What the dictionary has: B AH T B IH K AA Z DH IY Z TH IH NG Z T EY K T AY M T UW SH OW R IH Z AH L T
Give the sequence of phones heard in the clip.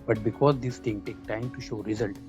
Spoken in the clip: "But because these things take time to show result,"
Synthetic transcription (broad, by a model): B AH T B IH K AA Z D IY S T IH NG T EY K T AY M T UW SH OW R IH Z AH L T